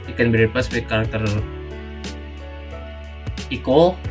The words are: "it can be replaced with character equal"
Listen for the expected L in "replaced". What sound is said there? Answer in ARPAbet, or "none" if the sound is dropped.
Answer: none